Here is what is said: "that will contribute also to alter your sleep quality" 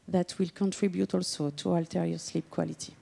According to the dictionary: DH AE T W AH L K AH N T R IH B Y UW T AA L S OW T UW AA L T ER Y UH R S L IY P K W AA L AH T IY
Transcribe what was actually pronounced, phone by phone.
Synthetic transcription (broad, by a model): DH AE T W AH L K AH N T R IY B Y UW T AA L S OW T UW AA L T ER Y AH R S L IY P K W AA L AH T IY